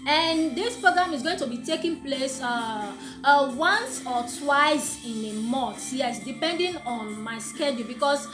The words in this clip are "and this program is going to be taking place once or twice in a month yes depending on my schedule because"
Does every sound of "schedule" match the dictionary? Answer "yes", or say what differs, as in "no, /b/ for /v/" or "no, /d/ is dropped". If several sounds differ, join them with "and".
yes